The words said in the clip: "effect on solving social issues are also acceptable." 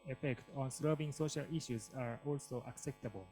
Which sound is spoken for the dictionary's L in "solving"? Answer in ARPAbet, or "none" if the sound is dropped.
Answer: none